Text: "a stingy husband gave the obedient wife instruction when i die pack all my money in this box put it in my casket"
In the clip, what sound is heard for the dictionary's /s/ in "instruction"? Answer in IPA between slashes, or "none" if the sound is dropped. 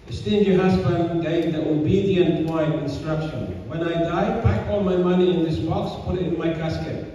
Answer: /s/